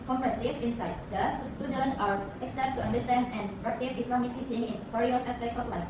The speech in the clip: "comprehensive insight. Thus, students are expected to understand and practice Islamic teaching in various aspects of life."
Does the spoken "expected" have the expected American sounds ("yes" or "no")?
no